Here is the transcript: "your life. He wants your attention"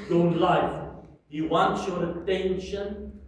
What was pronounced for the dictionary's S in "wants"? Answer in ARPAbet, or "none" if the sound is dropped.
none